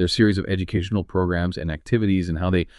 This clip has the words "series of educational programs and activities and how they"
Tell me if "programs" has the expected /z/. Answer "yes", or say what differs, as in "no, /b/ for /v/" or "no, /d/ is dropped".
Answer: yes